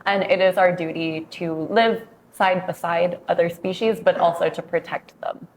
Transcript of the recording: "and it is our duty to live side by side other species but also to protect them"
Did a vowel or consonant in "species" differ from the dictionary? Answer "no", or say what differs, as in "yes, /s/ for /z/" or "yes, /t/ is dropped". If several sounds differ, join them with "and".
no